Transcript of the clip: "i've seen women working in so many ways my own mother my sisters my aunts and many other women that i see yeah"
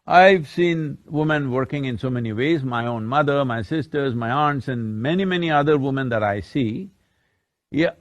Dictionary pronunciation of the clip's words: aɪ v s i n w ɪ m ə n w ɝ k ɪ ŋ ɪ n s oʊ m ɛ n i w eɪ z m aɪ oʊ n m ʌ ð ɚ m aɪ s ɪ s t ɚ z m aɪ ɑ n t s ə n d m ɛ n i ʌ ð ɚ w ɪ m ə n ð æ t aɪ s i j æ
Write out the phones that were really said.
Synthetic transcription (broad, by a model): aɪ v s i n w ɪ m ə n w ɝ k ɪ ŋ ɪ n s oʊ m ɛ n i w eɪ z m aɪ oʊ n m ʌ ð ɚ m aɪ s ɪ s t ɚ z m aɪ ɑ n t s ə n d m ɛ n i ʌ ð ɚ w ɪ m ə n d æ t aɪ s i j